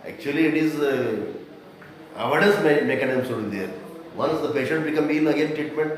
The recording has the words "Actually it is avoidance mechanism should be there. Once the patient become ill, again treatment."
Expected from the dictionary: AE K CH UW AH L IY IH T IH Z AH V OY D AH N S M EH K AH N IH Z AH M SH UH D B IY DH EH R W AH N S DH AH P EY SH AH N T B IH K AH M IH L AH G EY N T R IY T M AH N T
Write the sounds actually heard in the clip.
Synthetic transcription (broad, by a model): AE K CH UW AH L IY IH T IH Z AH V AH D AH S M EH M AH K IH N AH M S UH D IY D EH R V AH N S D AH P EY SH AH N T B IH K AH M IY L AH G EY N T R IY T M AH N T